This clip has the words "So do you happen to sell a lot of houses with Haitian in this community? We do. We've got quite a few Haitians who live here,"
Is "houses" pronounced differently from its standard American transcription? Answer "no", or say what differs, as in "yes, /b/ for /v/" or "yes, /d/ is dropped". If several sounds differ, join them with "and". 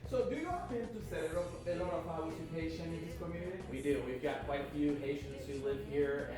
yes, /s/ is dropped